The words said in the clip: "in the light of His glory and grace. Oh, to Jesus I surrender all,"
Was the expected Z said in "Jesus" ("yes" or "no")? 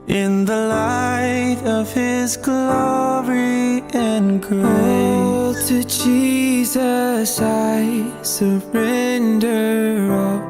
yes